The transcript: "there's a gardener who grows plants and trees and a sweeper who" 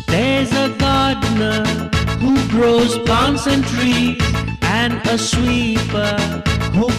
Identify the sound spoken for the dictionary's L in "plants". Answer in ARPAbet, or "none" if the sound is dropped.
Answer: none